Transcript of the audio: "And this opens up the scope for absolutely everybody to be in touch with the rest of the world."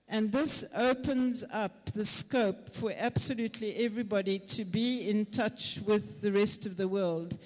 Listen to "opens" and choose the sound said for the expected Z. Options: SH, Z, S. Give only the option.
Z